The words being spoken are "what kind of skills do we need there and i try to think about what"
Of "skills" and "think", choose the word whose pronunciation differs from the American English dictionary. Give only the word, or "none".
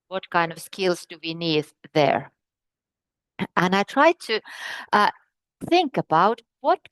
none